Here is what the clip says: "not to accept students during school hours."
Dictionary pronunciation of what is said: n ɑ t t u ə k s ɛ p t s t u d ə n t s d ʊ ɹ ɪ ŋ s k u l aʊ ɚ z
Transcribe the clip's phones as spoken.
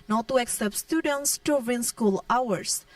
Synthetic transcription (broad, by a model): n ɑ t t u ə k s ɛ p t s t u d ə n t s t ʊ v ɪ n s k u l aʊ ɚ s